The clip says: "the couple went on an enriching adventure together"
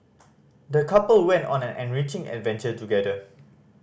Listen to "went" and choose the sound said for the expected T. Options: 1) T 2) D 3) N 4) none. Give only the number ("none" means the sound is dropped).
1